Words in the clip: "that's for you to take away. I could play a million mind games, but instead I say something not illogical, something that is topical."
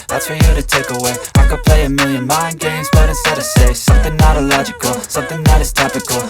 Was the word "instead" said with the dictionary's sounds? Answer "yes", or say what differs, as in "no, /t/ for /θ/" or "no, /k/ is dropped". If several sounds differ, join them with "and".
no, /n/ is dropped